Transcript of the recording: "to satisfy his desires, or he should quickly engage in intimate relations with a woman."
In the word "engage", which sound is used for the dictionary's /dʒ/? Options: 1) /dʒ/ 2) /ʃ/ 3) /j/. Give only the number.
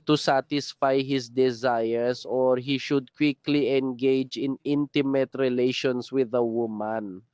1